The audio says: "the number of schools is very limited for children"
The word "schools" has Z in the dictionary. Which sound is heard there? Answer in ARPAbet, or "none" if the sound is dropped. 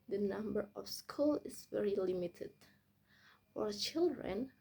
none